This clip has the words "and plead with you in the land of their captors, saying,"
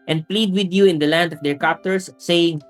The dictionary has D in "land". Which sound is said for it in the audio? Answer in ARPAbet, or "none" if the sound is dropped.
D